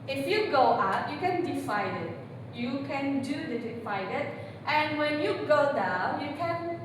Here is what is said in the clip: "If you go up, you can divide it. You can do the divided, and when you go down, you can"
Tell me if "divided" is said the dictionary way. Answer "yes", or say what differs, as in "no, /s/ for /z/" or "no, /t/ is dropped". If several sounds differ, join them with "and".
no, /f/ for /v/